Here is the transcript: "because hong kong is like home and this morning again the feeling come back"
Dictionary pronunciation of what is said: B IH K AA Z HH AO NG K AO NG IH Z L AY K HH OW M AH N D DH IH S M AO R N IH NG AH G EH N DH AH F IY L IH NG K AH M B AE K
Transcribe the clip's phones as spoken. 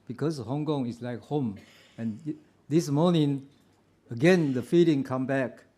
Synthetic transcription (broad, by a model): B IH K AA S HH AO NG K AO NG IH S L AY K HH OW M AH N D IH S M AO N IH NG AH G EH N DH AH F IY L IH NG K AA M B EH K